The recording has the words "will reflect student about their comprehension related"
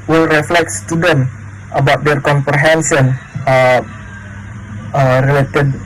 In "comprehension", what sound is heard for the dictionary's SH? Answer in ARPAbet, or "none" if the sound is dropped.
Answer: S